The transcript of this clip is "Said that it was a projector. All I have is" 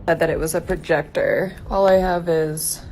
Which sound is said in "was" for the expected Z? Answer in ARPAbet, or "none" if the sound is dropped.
Z